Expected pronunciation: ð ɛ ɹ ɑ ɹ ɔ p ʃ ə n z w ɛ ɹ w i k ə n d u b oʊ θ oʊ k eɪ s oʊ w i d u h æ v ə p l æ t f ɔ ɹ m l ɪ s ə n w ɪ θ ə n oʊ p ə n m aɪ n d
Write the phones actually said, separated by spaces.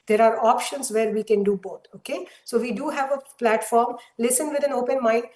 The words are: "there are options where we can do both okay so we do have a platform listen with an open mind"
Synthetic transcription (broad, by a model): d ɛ ɹ ɑ ɹ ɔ p ʃ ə n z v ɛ ɹ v i k ə n d u b oʊ t oʊ k eɪ s oʊ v i d u h æ v ə p l æ t f ɔ ɹ m l ɪ s ə n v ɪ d ə n oʊ p ə n m aɪ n